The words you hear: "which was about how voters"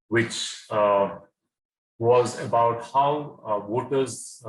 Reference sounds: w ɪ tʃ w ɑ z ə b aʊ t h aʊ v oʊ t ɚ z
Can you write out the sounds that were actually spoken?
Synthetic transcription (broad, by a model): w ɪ tʃ w ɑ z ə b aʊ t h aʊ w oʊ t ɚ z